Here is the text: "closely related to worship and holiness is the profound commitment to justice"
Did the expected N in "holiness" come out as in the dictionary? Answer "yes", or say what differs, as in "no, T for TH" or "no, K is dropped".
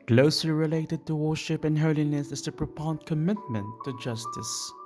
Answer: yes